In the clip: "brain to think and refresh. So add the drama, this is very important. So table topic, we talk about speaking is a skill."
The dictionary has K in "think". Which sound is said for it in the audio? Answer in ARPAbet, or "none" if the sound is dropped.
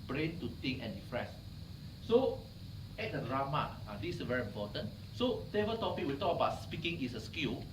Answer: none